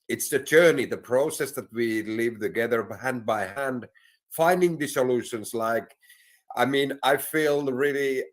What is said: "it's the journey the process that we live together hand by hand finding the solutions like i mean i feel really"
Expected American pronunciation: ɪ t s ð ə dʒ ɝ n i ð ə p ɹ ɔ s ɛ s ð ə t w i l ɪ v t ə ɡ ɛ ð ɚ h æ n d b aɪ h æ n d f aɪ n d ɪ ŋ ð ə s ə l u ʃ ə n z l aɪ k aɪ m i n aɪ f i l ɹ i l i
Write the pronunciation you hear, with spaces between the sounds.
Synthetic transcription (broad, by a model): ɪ t s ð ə dʒ ɝ n i ð ə p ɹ ɔ s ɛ s ð ə t w i l ɪ v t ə ɡ ɛ ð ɚ h æ n d b aɪ h æ n d f aɪ n d ɪ ŋ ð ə s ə l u ʃ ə n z l aɪ k aɪ m i n aɪ f i l ɹ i l i